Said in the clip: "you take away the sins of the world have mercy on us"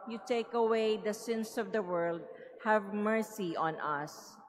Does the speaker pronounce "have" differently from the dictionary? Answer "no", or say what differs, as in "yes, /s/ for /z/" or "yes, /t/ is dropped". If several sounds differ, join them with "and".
no